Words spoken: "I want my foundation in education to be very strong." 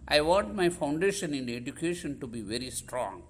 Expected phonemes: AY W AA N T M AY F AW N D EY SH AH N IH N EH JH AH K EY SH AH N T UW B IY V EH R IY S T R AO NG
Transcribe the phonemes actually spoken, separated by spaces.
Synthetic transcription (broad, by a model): AY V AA N T M AY F AW N D EY SH AH N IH N EH JH AH K EY SH AH N T UW B IY V EH R IY S T R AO NG